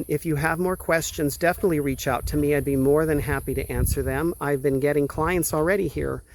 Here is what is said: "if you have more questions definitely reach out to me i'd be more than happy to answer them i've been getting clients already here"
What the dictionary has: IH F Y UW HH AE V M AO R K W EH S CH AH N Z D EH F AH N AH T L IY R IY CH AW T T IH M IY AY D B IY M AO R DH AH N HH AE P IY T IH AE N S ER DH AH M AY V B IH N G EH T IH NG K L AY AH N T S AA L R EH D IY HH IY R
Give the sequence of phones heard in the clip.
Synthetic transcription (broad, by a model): IH F Y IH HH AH V M AO R K W EH S CH AH N Z D EH F AH N AH T L IY R IY CH AW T T IH M IY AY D B IY M AO R DH AH N HH AE P IY T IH AE N S ER DH AH M AY V B IH N G EH T IH NG K L AY AH N T S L R EH D IY HH IY R